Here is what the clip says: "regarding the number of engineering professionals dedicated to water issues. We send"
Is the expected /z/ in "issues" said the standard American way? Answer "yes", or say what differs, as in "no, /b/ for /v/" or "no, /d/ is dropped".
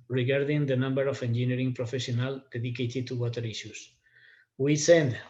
no, /s/ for /z/